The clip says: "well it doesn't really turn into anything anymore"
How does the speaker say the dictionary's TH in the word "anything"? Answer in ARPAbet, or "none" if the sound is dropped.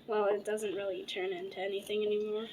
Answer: TH